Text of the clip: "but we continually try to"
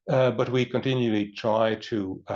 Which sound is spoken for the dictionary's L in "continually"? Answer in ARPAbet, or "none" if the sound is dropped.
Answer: L